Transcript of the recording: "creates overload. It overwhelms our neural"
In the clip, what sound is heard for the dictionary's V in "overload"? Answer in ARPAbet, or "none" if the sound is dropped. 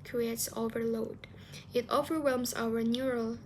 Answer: V